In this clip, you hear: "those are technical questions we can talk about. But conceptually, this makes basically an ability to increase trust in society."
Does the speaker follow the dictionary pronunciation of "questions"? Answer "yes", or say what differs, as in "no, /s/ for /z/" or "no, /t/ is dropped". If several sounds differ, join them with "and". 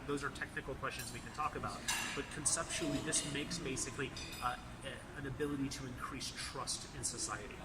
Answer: yes